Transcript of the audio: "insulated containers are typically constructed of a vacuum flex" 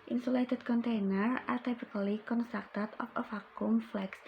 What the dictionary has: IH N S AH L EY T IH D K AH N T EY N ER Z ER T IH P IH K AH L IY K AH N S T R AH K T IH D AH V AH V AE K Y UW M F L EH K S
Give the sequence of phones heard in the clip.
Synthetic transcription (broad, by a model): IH N S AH L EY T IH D K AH N T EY N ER ER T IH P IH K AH L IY K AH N S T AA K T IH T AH F AH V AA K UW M F L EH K S